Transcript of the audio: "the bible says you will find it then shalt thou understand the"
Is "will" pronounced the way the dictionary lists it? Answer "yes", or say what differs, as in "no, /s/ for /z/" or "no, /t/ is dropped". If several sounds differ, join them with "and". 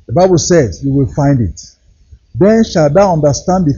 yes